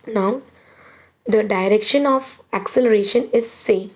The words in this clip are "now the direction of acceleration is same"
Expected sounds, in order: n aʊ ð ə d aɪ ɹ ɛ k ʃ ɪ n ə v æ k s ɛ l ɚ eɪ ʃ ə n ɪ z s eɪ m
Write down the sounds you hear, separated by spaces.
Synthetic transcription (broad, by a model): n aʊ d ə d aɪ ɹ ɛ k ʃ ɪ n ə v æ k s ɛ l ɚ eɪ ʃ ə n ɪ z s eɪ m